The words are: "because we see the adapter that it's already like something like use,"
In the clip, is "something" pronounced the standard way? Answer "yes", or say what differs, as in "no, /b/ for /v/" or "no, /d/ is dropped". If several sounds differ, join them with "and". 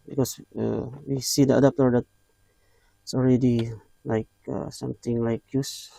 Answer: no, /t/ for /θ/